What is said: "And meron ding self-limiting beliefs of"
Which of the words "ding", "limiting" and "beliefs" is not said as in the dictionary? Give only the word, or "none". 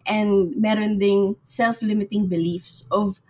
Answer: none